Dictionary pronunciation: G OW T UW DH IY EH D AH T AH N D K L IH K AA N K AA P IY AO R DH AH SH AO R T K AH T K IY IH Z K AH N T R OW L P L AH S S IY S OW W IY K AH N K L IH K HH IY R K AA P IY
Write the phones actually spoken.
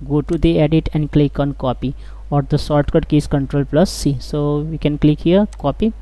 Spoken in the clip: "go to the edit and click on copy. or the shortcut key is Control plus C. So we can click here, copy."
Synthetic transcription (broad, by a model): G OW T UW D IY EH D AH T AH N D K L IH K AA N K AA P IY AO R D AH S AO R T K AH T K IY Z K AH N T R OW L P L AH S S IY S OW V IY K AH N K L IH K HH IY R K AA P IY